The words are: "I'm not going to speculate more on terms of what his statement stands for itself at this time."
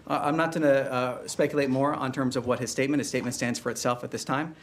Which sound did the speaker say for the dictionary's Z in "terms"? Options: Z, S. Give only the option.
Z